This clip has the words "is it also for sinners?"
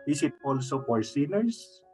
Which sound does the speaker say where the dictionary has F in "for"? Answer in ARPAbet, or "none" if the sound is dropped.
P